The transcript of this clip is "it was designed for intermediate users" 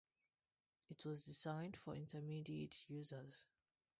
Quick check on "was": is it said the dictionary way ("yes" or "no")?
yes